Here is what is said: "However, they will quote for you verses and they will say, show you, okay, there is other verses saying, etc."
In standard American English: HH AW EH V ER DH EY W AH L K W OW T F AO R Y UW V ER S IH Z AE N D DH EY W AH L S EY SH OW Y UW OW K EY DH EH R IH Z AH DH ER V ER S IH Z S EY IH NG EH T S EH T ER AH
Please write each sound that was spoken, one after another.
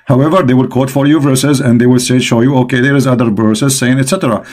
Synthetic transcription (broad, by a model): HH AW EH V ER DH EY W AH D K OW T F AO R Y UW V ER S IH Z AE N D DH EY W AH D S EY SH OW Y UW OW K EY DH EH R IH Z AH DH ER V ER S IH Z S EY IH NG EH T S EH T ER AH